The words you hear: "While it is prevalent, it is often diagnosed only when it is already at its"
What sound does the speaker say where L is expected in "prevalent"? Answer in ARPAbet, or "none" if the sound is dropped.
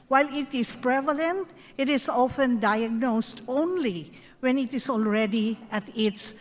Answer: L